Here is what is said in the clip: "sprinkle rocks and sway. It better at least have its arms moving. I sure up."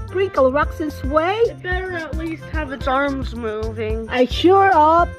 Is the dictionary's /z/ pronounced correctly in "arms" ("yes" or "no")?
yes